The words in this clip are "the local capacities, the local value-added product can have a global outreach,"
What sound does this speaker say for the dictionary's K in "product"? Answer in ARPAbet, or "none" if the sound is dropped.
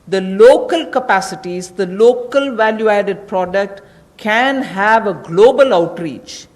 K